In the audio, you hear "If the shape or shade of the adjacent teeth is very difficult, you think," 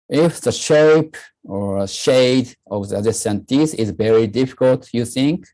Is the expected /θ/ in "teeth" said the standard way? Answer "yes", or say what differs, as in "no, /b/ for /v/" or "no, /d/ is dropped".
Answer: no, /s/ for /θ/